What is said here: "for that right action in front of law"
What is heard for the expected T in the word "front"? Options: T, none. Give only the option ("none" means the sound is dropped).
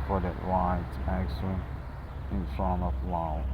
none